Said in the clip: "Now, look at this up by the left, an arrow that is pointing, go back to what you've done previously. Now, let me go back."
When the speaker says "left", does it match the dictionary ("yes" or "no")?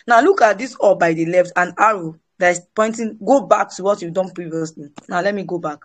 yes